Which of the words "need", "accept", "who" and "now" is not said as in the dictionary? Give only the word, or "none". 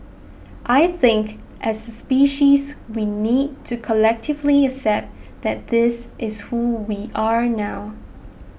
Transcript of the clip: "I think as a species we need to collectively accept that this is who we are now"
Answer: accept